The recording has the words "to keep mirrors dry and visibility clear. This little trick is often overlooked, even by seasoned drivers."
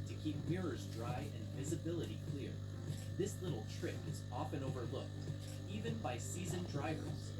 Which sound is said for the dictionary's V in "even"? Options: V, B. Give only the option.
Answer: V